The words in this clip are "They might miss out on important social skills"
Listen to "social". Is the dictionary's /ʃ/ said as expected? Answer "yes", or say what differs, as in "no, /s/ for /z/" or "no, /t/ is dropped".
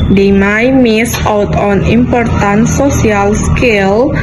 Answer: no, /s/ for /ʃ/